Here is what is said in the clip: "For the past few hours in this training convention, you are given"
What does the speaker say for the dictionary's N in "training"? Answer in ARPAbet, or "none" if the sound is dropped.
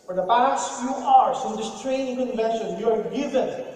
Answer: none